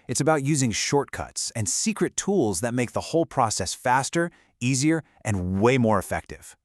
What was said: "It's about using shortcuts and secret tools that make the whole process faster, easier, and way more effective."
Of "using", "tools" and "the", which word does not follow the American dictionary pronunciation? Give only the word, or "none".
none